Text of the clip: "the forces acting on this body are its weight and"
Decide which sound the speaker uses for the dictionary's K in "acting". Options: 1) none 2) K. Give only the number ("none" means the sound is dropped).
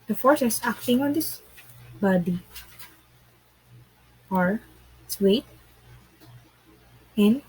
2